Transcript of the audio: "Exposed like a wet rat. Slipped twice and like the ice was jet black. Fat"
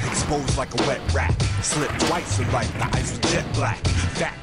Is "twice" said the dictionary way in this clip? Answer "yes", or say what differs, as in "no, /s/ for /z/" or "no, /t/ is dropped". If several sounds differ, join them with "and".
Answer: yes